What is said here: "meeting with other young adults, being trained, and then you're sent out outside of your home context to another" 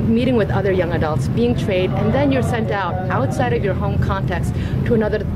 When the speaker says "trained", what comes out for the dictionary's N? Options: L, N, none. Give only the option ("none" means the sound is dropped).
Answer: none